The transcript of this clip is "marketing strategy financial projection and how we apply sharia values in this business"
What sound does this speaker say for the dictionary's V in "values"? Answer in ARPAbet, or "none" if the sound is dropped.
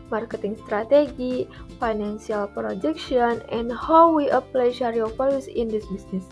F